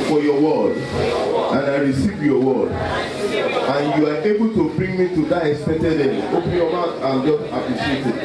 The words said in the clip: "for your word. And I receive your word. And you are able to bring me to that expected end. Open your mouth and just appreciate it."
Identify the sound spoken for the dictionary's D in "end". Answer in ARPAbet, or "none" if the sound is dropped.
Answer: none